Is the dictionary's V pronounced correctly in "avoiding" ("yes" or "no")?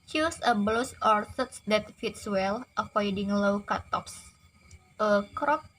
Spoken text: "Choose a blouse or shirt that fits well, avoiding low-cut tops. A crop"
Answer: no